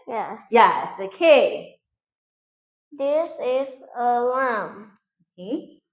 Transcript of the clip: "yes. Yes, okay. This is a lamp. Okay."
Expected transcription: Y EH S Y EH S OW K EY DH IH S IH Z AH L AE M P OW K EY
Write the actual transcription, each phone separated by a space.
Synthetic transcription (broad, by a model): Y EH S Y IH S OW K EY DH IH S IH Z AH L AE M OW K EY